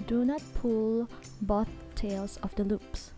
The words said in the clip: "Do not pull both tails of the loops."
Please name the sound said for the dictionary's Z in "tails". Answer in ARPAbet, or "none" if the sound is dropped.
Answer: S